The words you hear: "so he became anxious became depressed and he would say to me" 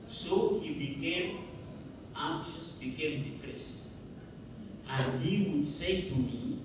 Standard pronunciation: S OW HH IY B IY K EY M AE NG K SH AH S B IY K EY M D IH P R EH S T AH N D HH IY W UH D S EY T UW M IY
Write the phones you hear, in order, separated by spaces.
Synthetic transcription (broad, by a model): S OW HH IY B IY K EY M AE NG K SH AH S B IY K EY M D IH P R EH S T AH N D HH IY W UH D S EY T UW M IY